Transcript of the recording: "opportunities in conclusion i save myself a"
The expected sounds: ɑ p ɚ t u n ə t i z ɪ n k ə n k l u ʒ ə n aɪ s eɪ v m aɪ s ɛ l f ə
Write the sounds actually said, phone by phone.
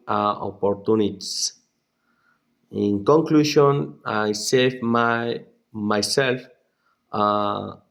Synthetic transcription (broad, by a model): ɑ p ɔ t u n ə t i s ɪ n k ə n k l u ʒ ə n aɪ s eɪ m m aɪ s ɛ l f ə